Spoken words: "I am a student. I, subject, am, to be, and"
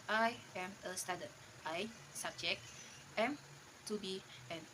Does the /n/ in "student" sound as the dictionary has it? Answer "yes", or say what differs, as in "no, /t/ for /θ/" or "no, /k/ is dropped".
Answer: no, /n/ is dropped